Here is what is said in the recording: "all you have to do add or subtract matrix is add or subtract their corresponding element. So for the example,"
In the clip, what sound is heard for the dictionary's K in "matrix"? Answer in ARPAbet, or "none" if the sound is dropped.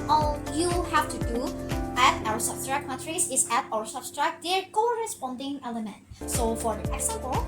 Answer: none